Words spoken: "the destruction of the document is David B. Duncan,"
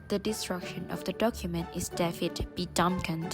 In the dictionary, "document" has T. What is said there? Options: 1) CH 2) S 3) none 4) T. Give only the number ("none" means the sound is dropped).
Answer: 4